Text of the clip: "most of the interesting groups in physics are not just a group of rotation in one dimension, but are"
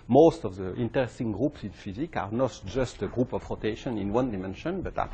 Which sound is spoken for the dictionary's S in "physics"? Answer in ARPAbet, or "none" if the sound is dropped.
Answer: none